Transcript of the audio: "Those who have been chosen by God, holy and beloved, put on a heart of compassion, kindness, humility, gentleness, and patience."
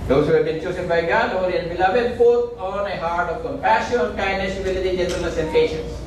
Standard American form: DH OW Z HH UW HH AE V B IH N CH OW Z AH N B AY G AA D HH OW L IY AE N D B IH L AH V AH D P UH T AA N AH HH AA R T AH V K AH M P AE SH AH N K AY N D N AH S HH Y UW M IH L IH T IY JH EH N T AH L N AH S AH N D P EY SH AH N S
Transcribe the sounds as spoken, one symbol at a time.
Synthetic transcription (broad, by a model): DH OW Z HH UW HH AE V B IH N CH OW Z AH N B AY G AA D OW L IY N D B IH L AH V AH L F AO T AA N AH HH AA R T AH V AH P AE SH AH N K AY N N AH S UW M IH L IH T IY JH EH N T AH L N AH S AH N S EY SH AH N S